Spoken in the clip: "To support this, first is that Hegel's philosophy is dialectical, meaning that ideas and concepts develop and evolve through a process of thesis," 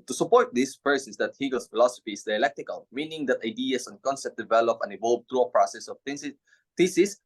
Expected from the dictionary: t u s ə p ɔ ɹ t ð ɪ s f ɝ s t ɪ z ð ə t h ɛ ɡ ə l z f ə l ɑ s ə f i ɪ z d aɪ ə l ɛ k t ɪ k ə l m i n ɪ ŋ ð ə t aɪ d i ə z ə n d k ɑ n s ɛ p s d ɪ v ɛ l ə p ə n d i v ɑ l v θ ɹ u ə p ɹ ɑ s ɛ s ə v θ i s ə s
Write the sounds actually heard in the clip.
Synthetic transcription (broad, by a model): t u s ə p ɔ ɹ t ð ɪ s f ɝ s ɪ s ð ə t h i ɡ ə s f ə l ɑ s ə f i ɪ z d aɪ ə l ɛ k t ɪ k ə l m i n ɪ ŋ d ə t aɪ d i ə s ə n k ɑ n s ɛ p d ɪ v ɛ l ə p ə n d i v ɑ l v t ɹ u ə p ɹ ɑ s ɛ s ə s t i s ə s